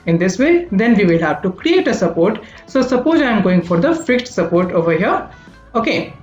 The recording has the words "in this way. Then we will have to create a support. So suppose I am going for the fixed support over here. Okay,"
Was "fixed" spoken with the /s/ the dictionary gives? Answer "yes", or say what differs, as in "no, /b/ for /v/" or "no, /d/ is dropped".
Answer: no, /s/ is dropped